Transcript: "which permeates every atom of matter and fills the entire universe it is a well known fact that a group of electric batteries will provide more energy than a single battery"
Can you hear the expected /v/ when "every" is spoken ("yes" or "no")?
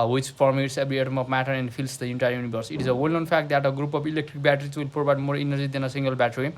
no